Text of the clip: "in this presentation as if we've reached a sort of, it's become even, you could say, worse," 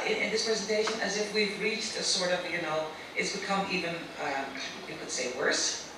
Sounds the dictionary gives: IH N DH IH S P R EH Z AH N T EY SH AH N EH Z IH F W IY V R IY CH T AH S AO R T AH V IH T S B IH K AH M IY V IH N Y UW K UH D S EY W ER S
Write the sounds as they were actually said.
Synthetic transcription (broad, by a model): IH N DH IH S P R EH Z AH N T EY SH AH N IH Z IH F W IY V R IY CH T AH S AO R T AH V IH T S B IH K AH M IY V IH N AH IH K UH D S EY W ER S